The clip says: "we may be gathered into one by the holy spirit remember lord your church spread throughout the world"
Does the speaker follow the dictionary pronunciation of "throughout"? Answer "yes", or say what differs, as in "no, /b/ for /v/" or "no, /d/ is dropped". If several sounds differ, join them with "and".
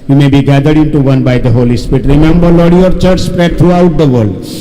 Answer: no, /t/ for /θ/